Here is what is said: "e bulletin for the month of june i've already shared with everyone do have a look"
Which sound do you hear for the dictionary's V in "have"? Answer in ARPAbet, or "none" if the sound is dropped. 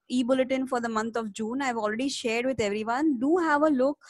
V